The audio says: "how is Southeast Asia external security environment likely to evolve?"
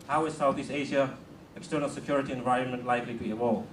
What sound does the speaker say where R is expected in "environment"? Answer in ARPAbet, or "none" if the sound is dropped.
R